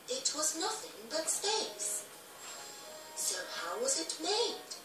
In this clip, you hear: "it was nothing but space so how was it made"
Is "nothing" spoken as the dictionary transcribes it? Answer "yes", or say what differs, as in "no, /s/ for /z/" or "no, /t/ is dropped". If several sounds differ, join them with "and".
yes